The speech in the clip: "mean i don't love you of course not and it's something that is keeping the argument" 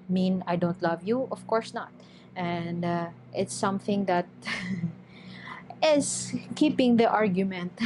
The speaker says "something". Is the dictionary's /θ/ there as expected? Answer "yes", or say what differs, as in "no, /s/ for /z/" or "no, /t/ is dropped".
yes